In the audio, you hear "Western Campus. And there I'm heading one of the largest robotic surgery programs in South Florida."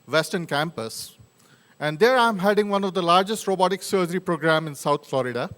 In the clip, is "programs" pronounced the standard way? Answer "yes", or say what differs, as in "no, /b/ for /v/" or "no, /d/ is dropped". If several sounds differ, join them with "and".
no, /z/ is dropped